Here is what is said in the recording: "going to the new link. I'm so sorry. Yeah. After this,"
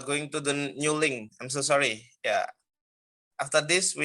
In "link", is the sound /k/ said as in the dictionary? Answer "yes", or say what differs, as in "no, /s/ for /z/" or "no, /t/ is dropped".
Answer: no, /k/ is dropped